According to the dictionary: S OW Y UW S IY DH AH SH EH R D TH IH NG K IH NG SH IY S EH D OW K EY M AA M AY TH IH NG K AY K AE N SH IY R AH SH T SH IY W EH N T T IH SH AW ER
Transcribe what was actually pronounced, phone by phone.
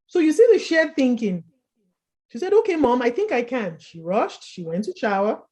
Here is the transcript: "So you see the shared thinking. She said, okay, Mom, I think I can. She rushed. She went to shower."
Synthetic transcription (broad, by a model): S OW Y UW S IY DH AH SH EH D TH IH NG K IH NG SH IY S EH D OW K EY M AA M AY TH IH NG K AY K AE N SH IY R AH SH T SH IY W EH N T T IH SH AW ER